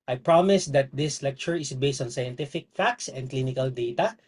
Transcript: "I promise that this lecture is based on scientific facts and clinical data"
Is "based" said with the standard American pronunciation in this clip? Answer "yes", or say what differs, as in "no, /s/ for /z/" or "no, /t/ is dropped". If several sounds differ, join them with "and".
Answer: yes